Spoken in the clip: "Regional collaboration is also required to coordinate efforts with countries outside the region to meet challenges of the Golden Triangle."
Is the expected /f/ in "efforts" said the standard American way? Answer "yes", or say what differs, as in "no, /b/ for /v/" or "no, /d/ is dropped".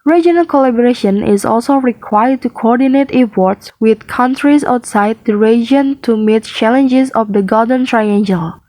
no, /p/ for /f/